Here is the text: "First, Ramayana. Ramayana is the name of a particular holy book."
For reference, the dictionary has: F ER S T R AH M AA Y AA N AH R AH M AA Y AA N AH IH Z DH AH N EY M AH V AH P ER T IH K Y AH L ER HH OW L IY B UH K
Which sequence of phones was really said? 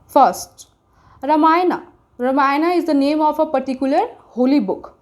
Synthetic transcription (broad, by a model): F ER S T R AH M AA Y N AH R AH M AA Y N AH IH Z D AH N EY M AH F AH P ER T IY K Y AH L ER HH OW L IY B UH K